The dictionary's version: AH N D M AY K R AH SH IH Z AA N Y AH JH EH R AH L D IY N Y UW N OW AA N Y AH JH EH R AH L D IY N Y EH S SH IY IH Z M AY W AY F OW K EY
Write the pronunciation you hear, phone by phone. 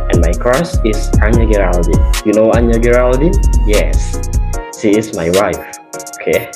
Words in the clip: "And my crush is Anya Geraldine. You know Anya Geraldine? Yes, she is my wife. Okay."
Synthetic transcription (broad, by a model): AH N M AY K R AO S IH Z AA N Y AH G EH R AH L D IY Y UW N OW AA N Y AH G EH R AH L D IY Y EH S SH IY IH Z M AY W AY F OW K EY